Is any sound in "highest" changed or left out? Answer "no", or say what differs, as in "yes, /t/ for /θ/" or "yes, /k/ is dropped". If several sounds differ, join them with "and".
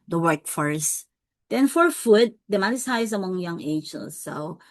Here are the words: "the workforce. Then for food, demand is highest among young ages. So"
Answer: yes, /t/ is dropped